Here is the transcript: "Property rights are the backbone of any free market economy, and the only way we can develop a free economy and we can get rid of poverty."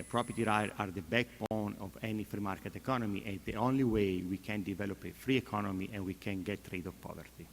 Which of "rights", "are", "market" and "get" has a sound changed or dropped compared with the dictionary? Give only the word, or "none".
rights